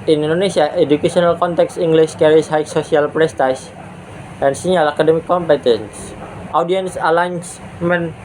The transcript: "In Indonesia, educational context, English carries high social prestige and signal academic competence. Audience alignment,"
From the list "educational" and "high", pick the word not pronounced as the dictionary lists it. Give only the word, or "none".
educational